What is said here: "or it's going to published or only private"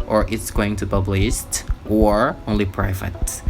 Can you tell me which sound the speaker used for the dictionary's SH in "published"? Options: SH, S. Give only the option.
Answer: S